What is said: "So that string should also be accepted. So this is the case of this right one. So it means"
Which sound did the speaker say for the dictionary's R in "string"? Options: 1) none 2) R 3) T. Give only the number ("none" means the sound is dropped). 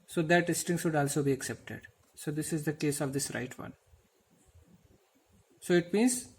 1